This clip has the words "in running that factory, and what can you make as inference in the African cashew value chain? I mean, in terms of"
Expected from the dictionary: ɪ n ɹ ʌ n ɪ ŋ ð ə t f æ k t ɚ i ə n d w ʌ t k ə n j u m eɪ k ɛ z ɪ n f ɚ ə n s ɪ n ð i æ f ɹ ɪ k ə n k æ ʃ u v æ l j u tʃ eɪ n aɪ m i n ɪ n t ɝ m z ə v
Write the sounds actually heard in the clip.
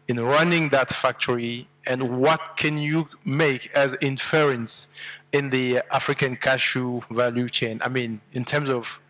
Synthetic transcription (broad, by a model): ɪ n ɹ ʌ n ɪ ŋ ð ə t f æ k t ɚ i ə n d w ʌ t k ə n j u m eɪ k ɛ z ɪ n f ɚ ə n s ɪ n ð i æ f ɹ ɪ k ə n k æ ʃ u v æ l j u tʃ eɪ n aɪ m i n ɪ n t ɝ m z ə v